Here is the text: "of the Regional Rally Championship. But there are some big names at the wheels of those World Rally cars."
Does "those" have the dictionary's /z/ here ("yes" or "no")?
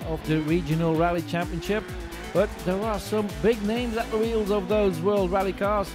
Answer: yes